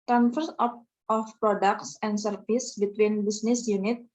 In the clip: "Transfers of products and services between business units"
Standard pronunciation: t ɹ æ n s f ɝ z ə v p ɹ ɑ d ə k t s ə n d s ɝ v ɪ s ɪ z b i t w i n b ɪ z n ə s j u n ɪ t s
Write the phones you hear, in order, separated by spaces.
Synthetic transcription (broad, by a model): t ɹ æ n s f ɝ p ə f p ɹ ɑ d ə k t s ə n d s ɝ f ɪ s b i t w i n b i s n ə s j u n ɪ t